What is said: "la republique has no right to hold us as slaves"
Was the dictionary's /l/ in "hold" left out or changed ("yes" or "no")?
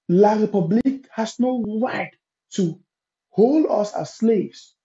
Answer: no